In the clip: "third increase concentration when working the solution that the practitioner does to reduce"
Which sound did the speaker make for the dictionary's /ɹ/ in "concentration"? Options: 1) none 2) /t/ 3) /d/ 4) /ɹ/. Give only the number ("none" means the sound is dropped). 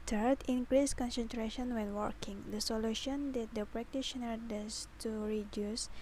4